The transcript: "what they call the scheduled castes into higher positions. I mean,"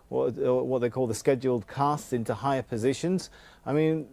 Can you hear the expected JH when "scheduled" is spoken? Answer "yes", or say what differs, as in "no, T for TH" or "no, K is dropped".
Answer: yes